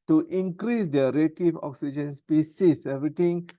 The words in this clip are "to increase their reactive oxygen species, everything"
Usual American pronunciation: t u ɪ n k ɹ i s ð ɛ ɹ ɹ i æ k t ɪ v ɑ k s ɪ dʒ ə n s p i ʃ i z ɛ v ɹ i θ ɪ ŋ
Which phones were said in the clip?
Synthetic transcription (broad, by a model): t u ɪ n k ɹ i s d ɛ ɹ ɹ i t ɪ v ɑ k s ɪ dʒ ə n s p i s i s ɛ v ɹ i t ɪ ŋ